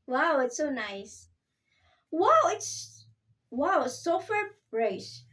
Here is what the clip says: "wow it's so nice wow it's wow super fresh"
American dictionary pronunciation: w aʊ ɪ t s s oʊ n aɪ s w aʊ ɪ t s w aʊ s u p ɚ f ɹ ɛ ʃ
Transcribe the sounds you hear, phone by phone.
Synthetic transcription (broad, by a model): w aʊ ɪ t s s oʊ n aɪ s w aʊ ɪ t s w aʊ s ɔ f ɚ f ɹ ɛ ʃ